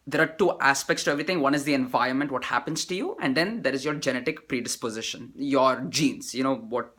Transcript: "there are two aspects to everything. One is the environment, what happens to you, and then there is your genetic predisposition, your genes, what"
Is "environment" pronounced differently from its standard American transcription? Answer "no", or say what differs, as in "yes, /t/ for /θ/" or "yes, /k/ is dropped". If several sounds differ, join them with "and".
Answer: no